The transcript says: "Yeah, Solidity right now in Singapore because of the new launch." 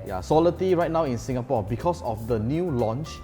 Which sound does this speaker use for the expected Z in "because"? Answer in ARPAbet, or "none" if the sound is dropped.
S